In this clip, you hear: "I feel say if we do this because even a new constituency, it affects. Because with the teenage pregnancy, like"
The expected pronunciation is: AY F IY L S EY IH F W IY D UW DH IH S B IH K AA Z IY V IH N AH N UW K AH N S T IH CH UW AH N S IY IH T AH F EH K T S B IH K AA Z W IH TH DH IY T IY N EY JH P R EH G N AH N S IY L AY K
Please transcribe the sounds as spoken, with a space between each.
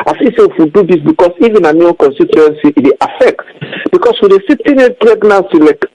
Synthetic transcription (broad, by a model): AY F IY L S EY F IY D UW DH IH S B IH K AA S IY V IH N AH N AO K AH N S T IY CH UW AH N S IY IH T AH F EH K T B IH K AA S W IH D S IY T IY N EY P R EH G N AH S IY L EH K